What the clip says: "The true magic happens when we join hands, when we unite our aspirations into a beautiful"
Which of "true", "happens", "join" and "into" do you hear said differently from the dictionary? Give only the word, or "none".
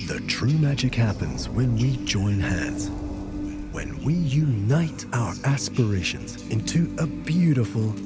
none